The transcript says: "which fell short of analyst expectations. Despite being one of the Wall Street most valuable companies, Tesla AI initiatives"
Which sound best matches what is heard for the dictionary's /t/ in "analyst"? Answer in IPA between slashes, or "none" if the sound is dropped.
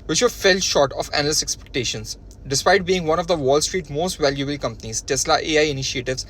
none